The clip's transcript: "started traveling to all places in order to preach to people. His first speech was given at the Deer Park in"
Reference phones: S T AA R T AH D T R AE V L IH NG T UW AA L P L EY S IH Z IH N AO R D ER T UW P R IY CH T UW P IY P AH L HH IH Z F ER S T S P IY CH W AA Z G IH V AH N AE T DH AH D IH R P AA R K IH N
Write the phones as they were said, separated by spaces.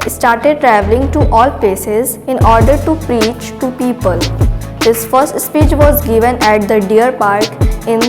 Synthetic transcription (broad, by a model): S T AA R T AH D T R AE V L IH NG T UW AA L P L EY S IH Z IH N AO R D ER T UW P R IY CH T UW P IY P AH L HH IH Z F ER S T S P IY CH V AA Z G IH V AH N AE T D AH D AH R P AA R K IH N